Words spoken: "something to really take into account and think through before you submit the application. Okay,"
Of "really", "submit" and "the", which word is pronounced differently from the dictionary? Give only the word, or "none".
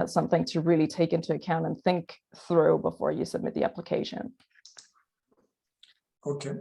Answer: none